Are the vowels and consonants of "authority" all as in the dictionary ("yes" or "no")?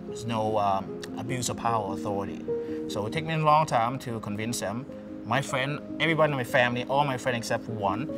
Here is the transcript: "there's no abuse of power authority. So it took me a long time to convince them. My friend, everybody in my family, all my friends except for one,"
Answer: yes